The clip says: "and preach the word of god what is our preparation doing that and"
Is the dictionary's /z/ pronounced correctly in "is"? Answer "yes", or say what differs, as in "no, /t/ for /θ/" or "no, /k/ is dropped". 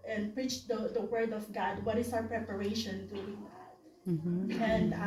no, /s/ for /z/